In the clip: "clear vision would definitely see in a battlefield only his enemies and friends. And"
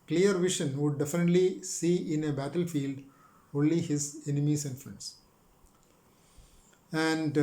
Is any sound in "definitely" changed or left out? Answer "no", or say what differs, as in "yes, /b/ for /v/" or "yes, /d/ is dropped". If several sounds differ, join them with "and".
no